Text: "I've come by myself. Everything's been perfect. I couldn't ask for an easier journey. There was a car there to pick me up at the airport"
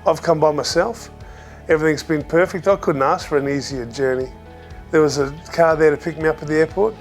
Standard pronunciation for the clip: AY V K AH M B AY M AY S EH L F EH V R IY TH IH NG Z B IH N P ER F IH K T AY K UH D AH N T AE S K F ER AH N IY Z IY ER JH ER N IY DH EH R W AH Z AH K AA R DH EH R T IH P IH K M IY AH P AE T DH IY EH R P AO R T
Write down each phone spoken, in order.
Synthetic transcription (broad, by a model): AY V K AH M B AY M AY S EH L F EH V R IY TH IH NG Z B IH N P ER F IH K T AY K UH D N T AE S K F ER AH N IY Z IY ER JH ER N IY DH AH R W AH Z AH K AA R DH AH R T IH P IH K M IY AH P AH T DH IY EH R P AO R T